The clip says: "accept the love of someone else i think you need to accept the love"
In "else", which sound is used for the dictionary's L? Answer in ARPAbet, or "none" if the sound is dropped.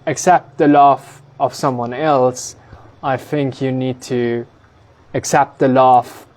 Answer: L